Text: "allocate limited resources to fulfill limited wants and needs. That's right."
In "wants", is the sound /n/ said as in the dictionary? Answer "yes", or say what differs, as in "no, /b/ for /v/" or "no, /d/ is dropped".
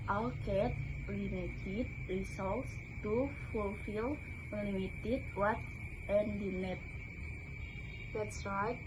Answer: no, /n/ is dropped